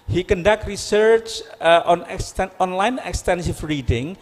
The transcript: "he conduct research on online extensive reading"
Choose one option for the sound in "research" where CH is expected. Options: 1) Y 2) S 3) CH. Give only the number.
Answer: 3